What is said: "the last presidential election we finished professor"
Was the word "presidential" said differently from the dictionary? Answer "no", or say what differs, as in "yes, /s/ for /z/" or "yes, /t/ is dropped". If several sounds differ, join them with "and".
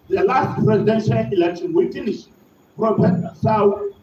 no